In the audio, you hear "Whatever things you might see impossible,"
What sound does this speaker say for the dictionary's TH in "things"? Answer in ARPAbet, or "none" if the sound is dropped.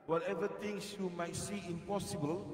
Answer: T